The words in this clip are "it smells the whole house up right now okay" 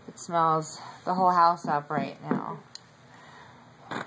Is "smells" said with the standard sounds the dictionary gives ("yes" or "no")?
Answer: yes